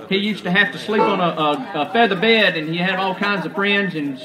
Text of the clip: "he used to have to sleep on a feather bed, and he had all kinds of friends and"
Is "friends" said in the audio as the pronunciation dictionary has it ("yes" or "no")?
yes